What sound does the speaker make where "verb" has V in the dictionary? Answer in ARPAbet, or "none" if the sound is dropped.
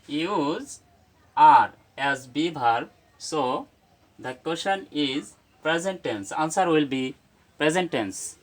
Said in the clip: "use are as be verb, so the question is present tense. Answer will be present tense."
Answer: B